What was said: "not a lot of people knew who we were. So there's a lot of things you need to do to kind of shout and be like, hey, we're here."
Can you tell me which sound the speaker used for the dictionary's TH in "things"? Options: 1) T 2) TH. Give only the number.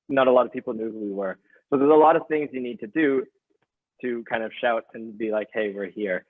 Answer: 2